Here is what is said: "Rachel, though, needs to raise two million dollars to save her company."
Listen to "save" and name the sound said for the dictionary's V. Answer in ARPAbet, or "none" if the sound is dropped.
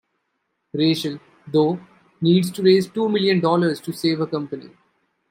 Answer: V